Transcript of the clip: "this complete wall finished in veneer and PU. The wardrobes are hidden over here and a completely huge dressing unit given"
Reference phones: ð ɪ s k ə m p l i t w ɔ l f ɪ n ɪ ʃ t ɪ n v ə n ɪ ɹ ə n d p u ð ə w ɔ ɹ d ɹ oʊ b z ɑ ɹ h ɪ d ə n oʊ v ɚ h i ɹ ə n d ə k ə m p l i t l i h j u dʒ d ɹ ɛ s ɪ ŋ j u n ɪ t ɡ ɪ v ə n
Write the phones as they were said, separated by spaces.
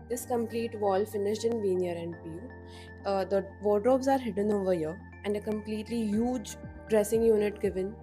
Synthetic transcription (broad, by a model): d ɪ s k ə m p l i t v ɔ l f ɪ n ɪ ʃ t ɪ n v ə n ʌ ɹ ə n d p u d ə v ɔ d ɹ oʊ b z ɑ ɹ h ɪ d ə n oʊ v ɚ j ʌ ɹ ə n d ə k ə m p l i t l i h j u dʒ d ɹ ɛ s ɪ ŋ j u n ɪ t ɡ ɪ v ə n